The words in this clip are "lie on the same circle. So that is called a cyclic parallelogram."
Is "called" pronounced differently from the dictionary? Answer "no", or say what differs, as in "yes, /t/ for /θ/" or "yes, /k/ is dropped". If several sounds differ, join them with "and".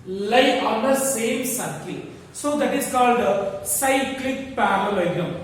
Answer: no